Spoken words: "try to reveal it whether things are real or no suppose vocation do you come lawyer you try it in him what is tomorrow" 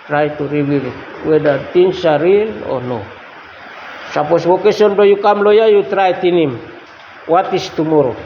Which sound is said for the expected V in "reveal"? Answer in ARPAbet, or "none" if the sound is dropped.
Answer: W